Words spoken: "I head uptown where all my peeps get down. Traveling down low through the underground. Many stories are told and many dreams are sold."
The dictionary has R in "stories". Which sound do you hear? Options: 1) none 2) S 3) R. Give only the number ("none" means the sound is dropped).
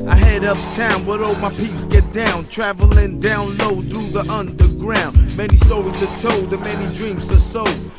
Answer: 1